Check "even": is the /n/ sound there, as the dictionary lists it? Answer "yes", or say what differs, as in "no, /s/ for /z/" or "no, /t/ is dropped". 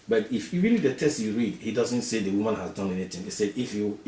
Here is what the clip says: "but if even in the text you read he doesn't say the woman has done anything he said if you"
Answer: no, /l/ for /n/